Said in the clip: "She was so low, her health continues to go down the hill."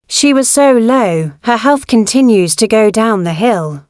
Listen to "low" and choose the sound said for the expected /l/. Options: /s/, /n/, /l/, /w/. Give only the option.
/l/